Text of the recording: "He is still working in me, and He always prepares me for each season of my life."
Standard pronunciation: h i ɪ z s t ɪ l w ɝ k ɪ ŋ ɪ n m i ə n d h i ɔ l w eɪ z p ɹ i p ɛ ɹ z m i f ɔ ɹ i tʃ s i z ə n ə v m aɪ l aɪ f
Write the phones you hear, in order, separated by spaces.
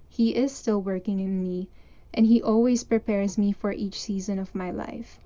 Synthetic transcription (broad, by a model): h i ɪ z s t ɪ l w ɝ k ɪ ŋ ɪ n m i ə n d h i ɔ l w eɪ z p ɹ i p ɛ ɹ z m i f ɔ ɹ i tʃ s i z ə n ə v m aɪ l aɪ f